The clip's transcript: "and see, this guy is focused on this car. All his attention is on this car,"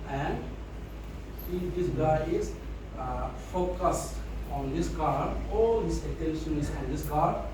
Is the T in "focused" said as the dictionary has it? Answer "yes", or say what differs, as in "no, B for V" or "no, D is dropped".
no, T is dropped